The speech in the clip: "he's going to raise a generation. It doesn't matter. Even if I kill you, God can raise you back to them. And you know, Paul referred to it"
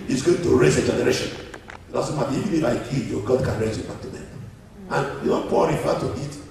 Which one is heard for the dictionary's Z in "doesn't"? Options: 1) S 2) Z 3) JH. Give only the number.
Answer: 1